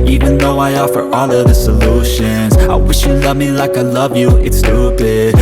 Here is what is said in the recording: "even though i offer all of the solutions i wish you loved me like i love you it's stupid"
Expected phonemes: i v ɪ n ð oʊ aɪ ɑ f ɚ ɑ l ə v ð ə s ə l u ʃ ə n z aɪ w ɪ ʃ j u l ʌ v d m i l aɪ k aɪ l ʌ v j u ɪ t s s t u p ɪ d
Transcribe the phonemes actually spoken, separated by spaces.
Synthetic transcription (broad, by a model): i v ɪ n ð oʊ aɪ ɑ f ɚ ɑ l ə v ð ə s ə l u ʃ ə n z aɪ w ɪ ʃ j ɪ l ʌ v m i l aɪ k aɪ l ʌ v j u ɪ t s s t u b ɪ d